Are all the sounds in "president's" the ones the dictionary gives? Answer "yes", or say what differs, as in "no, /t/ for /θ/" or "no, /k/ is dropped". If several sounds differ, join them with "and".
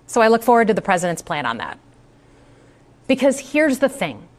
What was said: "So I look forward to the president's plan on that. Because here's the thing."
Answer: yes